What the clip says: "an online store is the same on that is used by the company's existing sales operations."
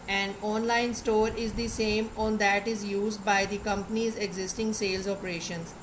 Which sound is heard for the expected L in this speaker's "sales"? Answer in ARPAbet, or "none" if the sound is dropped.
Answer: L